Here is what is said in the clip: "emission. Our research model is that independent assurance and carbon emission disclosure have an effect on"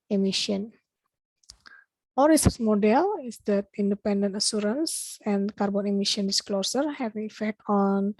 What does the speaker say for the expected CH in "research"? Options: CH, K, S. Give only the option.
S